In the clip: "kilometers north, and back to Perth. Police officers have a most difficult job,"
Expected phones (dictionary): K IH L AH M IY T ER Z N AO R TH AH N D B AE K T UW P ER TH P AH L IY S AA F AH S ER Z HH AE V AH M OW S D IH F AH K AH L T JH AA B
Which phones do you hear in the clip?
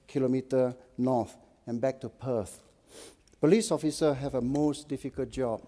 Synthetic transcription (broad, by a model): K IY L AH M IY T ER N AO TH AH N B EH K T UW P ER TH P AH L IY S AA F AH S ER HH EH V AH M OW S D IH F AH K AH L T JH AA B